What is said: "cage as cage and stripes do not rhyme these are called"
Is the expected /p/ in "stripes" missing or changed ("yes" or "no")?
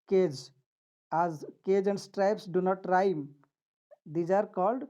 no